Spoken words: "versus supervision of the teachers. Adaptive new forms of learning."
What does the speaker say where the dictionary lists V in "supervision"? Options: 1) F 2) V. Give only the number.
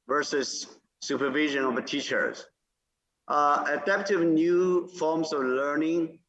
2